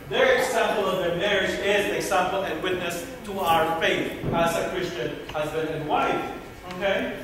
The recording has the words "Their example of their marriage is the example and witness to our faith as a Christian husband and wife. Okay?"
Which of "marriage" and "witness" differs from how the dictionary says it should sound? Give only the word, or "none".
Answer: none